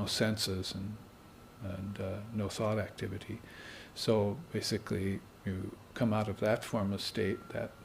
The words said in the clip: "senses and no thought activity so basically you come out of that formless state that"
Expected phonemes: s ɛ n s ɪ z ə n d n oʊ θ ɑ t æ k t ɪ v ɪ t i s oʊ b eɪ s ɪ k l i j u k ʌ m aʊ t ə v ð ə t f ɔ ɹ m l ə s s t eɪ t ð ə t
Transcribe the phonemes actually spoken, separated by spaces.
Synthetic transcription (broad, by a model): s ɛ n s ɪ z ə n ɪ n oʊ θ ɑ t æ k t ɪ v ɪ t i s oʊ b eɪ s ɪ k l i j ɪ k ʌ m aʊ t ə v ð ə t f ɔ ɹ m ə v s t eɪ t ð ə t